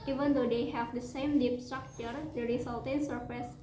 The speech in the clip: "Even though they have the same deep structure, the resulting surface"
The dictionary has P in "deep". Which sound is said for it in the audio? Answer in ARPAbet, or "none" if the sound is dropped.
P